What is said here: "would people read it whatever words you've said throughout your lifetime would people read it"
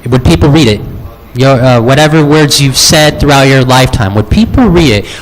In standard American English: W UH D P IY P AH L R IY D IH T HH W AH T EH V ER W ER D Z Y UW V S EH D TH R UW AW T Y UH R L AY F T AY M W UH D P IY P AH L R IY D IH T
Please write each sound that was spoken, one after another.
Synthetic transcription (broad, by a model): W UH D P IY P L R IY D IH T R W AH T EH V ER W ER D Z Y UW V S EH D TH R UW AW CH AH R L AY F T AY M W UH D P IY P L R IY D IH T